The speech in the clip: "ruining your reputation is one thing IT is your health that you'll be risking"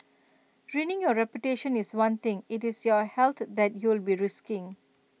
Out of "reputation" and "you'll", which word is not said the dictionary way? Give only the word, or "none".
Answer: none